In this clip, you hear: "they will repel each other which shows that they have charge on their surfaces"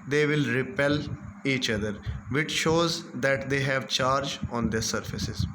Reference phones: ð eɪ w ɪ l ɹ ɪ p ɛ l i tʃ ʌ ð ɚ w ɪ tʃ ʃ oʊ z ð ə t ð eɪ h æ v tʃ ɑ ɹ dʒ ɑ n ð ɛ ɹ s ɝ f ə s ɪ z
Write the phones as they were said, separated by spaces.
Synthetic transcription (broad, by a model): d eɪ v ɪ l ɹ ɪ p ɛ l i tʃ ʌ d ɚ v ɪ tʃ ʃ oʊ z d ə t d eɪ h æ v tʃ ɑ ɹ dʒ ɑ n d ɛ ɹ s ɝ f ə s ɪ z